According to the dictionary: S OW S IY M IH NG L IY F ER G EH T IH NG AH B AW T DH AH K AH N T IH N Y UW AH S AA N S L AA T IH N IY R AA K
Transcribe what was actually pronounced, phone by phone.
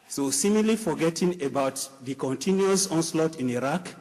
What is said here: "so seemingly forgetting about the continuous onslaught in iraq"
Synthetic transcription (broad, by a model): S OW S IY M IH L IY F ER G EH T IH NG AH B AW T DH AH K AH N T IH N Y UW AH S AA N S L AA T IH N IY R AA K